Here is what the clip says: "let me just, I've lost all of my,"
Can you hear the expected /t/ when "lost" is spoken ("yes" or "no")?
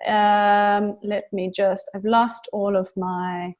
yes